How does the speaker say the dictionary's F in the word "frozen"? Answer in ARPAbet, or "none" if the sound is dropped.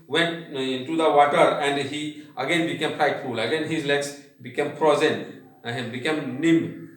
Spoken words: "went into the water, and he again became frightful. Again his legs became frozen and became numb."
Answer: P